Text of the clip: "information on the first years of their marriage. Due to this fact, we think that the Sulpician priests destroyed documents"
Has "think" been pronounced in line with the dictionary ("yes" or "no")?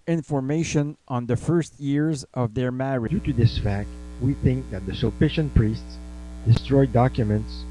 yes